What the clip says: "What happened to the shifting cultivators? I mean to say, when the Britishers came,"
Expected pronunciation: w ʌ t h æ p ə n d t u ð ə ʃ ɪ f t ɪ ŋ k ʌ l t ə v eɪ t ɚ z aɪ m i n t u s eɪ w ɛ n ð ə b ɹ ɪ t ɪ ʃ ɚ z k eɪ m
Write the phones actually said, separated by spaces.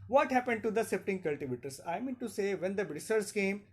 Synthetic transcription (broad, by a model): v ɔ t h æ p ə n d t u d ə s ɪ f t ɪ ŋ k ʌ l t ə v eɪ t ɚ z aɪ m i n t u s eɪ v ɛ n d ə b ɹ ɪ s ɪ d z k eɪ m